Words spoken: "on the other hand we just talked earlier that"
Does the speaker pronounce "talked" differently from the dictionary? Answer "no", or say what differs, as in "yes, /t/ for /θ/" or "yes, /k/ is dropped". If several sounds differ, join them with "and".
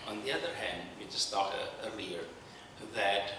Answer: yes, /k/ is dropped